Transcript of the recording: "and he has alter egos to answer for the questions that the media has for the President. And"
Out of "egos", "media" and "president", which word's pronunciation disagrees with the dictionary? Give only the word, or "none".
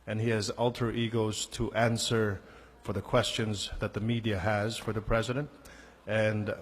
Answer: none